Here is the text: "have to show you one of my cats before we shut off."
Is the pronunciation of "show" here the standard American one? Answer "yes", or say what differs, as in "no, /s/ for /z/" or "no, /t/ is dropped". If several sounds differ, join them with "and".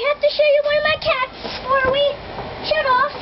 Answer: yes